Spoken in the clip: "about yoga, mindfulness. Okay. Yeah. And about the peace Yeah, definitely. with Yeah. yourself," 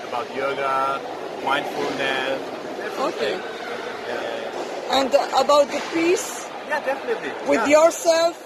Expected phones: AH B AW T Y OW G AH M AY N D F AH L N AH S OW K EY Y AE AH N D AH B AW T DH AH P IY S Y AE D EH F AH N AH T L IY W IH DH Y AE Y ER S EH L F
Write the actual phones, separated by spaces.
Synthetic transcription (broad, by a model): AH B AW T Y OW G AH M AY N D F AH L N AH OW K EY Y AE AH N D AH B AW T DH AH P IY S Y AE D EH F AH N AH T L IY W IH DH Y Y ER S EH L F